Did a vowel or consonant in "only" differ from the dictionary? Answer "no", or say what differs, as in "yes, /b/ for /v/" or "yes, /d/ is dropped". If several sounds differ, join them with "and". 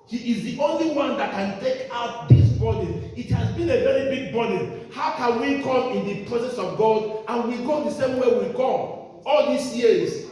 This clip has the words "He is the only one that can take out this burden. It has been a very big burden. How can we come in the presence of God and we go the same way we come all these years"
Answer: no